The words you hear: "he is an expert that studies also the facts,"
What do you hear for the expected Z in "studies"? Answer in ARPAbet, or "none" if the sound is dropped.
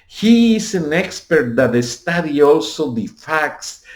none